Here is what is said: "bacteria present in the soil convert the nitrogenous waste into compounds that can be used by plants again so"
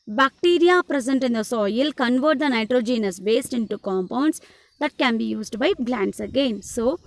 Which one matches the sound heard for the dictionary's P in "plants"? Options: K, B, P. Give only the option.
B